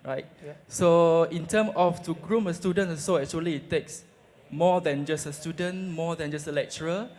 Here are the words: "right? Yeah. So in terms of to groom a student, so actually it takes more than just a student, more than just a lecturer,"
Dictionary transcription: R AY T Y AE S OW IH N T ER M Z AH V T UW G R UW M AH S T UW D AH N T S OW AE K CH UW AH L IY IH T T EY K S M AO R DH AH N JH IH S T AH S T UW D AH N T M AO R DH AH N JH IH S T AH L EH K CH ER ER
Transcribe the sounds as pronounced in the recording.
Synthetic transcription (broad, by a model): R AY T S OW IH N T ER M AH F T UW G R UW M AH S T UW D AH N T S OW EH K CH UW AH L IY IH T T EY K S M AO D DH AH N JH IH S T AH S T UW D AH N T M AO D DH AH N JH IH S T AH L EH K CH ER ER